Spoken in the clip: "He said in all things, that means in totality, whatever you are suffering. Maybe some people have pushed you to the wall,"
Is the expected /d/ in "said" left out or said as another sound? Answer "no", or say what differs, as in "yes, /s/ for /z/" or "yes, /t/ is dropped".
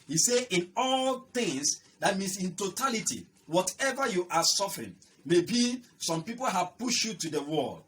yes, /d/ is dropped